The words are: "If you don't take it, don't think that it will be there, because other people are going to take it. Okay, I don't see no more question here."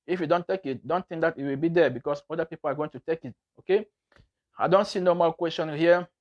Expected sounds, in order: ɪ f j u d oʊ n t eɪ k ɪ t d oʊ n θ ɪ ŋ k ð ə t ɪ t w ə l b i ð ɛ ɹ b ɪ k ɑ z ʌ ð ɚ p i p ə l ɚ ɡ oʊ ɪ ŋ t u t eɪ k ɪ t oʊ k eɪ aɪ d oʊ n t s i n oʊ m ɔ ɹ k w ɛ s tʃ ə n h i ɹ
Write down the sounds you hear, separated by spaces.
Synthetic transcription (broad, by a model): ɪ f j u d oʊ n t eɪ k ɪ t d oʊ n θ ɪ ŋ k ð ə t ɪ t w ə l b i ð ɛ b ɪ k ɑ s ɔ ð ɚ p i p ə l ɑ ɡ oʊ ɪ ŋ t u t eɪ k ɪ t oʊ k eɪ aɪ d oʊ n t s i n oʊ m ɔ l k w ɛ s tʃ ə n h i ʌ